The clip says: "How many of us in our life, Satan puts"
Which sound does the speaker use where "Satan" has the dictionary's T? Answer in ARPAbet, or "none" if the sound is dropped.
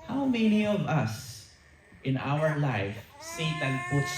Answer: T